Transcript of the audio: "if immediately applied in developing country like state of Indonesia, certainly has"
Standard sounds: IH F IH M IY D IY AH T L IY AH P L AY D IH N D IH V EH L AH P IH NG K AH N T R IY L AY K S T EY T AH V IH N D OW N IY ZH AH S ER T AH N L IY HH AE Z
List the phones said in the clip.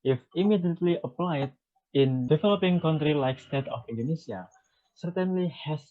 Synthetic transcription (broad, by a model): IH F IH M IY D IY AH T L IY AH P L AY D IH N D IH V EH L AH P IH NG K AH N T R IY L AY K S T EY T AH F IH N D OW N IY S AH S ER T AH N L IY HH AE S